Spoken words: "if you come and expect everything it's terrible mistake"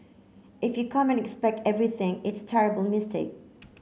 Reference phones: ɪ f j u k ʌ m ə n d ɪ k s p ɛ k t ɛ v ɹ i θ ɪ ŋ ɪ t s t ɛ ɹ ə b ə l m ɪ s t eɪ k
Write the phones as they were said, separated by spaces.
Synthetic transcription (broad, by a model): ɪ f j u k ʌ m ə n ɪ k s p ɛ k t ɛ v ɹ i θ ɪ ŋ ɪ t s t ɛ ɹ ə b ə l m ɪ s t eɪ k